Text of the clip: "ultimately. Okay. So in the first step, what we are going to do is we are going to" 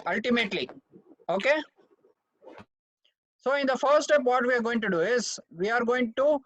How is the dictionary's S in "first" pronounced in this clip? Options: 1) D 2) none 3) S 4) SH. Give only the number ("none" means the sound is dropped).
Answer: 2